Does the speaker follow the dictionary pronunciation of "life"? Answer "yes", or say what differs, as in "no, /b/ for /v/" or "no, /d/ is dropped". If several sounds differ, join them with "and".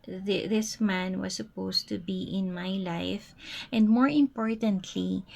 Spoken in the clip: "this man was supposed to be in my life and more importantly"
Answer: yes